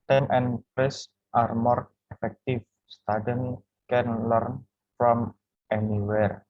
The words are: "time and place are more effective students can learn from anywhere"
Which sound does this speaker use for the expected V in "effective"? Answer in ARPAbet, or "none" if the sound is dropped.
F